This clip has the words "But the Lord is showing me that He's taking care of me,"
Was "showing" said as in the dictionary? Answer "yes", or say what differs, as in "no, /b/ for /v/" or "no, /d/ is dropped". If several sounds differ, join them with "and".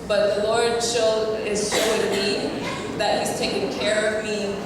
no, /s/ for /ʃ/